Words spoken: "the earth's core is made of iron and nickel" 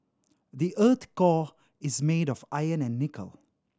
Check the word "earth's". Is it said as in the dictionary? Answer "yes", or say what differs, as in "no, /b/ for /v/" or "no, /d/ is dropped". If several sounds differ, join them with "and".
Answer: no, /s/ is dropped